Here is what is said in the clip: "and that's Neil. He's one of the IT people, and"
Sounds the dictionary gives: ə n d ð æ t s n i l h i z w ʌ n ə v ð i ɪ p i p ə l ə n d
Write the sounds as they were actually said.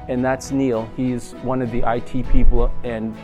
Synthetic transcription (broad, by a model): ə n ð æ t s n i l h i z w ʌ n ə v ð i ɪ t i p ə l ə n